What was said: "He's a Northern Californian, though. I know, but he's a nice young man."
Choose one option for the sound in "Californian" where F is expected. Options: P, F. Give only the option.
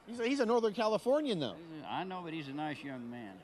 F